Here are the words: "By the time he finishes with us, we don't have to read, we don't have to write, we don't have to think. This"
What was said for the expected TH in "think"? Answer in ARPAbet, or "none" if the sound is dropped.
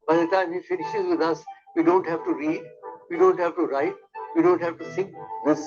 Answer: S